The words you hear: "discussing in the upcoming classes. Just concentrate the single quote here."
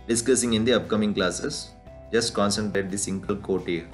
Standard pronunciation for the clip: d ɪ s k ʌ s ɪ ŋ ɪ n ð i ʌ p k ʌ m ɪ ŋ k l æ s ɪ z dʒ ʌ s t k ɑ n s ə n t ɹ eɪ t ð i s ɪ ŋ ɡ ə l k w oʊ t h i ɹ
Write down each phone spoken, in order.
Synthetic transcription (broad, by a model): d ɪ s k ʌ s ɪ ŋ ɪ n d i ʌ p k ʌ m ɪ ŋ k l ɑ s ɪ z dʒ ʌ s t k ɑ n s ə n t eɪ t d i s ɪ ŋ ɡ ə l k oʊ t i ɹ